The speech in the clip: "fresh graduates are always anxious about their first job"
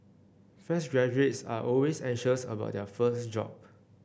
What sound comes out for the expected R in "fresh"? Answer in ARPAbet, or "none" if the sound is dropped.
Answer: none